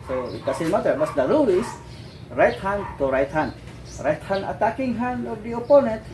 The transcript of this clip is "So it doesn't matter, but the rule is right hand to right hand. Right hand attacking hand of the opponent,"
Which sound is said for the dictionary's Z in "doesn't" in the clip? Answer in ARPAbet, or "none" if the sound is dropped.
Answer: S